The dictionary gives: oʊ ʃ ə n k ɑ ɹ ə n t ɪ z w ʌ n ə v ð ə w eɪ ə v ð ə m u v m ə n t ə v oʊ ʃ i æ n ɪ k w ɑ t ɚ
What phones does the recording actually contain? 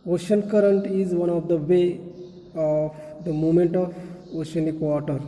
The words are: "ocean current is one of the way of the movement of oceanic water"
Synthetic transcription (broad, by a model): oʊ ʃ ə n k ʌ ɹ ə n t ɪ z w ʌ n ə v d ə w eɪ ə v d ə m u m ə n t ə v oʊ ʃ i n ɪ k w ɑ t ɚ